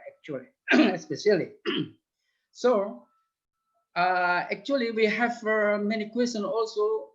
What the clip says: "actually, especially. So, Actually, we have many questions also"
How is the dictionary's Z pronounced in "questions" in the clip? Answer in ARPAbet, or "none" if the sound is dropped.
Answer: none